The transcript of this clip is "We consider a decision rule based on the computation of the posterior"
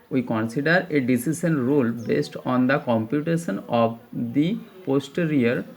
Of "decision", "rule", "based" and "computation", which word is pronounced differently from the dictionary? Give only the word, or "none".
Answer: decision